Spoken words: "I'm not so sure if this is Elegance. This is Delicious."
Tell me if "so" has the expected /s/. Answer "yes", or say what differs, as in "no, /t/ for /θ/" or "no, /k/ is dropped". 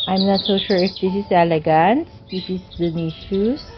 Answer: yes